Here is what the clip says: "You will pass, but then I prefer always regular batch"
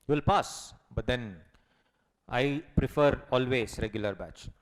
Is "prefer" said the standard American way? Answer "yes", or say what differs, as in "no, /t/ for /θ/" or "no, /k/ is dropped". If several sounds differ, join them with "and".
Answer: yes